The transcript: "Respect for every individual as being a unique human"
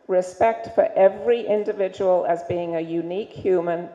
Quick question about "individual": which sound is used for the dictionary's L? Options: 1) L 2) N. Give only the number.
1